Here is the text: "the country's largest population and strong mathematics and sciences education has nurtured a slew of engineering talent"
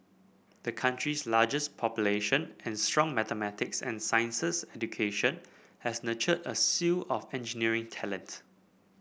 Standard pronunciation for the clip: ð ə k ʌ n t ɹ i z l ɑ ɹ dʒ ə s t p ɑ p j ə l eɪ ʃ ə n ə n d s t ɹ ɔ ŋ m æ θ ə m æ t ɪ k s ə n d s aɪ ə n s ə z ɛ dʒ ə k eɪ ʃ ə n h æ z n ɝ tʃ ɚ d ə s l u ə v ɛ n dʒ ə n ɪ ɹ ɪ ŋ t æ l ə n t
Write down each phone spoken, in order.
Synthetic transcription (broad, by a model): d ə k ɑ n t ɹ i s l ɑ dʒ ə s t p ɑ p j ə l eɪ ʃ ə n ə n s t ɹ ɔ ŋ m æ t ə m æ t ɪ k s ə n s aɪ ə n s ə s ɛ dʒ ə k eɪ ʃ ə n h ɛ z n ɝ tʃ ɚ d ə s u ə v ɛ n dʒ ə n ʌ ɹ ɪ ŋ t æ l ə n t